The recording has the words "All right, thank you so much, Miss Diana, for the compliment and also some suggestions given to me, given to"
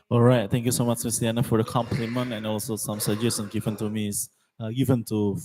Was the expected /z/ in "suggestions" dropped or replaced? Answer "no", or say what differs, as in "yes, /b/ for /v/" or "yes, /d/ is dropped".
yes, /z/ is dropped